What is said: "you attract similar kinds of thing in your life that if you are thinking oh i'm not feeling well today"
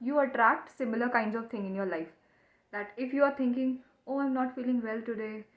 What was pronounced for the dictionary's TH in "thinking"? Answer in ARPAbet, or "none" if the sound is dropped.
T